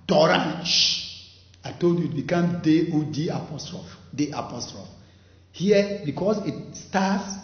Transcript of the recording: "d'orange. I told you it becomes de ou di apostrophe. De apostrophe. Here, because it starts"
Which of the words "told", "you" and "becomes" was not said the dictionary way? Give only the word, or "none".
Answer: becomes